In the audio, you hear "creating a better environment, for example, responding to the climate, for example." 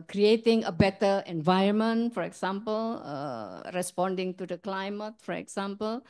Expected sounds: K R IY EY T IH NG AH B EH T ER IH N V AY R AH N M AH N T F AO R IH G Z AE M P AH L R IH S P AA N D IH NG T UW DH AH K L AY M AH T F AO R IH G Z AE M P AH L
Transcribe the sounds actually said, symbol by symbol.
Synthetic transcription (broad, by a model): K R IY EY T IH NG AH B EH T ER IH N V AY AH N M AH N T F AO R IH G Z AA M P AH L R IH S P AA N D IH NG T UW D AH K L AY M AH T F AO R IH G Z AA M P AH L